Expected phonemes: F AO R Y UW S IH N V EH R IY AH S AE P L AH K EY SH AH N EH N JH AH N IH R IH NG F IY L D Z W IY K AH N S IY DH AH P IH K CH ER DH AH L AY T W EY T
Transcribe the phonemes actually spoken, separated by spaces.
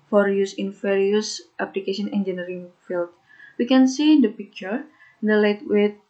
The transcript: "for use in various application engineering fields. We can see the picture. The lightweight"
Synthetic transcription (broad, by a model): F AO R Y UW S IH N F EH R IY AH S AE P L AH K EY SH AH N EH N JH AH N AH R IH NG F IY L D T W IY K AH N S IY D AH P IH K CH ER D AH L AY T W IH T